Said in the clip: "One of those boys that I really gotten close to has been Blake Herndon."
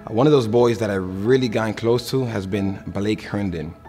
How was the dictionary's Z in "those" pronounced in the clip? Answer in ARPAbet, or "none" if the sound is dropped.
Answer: Z